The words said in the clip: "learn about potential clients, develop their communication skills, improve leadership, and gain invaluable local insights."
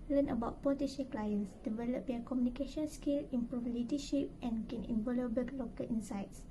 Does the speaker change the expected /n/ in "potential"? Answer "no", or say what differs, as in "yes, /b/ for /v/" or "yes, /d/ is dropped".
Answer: yes, /n/ is dropped